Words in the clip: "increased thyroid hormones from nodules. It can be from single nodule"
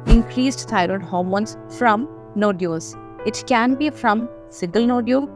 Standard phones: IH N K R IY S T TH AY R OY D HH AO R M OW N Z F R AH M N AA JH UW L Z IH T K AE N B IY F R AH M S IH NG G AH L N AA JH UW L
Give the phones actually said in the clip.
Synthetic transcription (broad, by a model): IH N K R IY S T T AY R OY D HH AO R M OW N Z F R AH M N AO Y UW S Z IH T K AE N B IY F R AH M S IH G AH L N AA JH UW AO